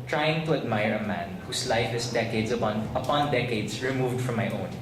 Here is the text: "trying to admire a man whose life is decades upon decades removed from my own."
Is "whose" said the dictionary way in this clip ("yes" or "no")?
no